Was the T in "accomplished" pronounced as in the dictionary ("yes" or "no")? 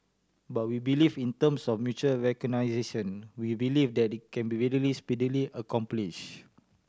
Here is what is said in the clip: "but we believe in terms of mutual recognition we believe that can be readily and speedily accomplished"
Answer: no